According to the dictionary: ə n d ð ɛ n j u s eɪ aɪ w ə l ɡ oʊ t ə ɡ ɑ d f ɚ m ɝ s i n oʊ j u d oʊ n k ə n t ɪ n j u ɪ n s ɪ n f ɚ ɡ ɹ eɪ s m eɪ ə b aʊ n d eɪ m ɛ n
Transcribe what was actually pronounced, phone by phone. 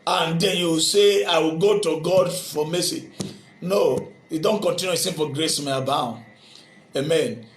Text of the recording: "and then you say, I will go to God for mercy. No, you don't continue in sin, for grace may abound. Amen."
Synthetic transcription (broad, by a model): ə n d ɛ n j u s eɪ aɪ w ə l ɡ oʊ t ə ɡ ɑ d f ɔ m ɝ s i n oʊ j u d oʊ n k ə n t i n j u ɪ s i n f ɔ ɡ ɹ eɪ s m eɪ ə b aʊ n eɪ m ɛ n